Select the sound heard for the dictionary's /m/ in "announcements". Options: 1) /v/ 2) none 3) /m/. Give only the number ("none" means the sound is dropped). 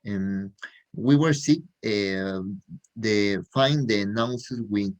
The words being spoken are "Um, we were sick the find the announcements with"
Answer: 2